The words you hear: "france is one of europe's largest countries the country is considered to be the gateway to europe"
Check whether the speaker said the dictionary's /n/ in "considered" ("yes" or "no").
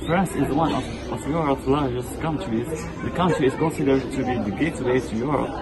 yes